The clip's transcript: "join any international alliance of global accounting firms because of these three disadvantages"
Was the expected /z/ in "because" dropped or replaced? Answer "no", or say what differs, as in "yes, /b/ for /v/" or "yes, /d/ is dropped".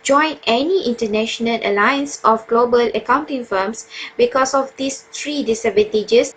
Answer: yes, /s/ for /z/